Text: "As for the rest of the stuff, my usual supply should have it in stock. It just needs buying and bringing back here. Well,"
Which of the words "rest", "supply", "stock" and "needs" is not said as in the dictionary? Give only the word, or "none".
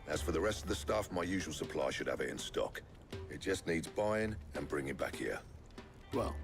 none